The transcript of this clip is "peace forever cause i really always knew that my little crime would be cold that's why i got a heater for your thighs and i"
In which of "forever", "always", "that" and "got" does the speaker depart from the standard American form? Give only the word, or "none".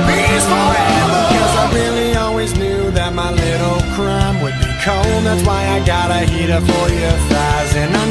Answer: forever